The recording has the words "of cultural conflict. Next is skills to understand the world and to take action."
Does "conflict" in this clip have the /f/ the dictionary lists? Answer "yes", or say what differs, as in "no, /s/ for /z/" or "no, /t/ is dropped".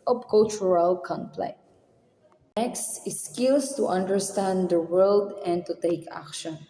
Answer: no, /p/ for /f/